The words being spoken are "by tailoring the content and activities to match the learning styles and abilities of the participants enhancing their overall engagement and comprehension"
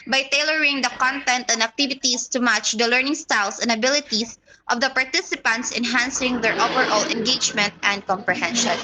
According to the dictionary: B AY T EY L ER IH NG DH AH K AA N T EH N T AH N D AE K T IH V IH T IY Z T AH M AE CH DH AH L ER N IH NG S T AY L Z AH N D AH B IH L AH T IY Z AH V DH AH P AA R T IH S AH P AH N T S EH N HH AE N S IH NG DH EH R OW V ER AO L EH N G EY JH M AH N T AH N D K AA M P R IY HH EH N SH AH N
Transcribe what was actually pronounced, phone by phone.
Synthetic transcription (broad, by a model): B AY T EY L ER IH NG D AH K AA N T EH N T AH N D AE K T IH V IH T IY S T AH M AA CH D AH L ER N IH NG S T AY L S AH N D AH B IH L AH T IY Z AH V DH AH P AA R T IH S AH P AH N T S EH N HH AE N S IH NG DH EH R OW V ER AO L EH N G EY JH M AH N T AH N D K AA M P R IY HH EH N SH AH N